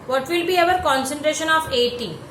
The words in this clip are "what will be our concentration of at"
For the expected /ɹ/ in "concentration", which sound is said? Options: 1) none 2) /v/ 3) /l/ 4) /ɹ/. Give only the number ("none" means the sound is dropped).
4